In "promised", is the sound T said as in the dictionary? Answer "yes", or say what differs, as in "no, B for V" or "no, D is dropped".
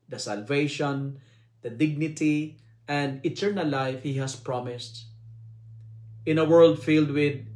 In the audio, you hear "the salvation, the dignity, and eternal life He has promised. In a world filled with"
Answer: yes